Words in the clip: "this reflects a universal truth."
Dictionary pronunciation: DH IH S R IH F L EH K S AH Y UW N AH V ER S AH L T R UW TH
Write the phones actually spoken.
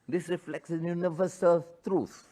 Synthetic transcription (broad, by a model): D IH S R IH F L EH K S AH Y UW N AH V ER S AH L T R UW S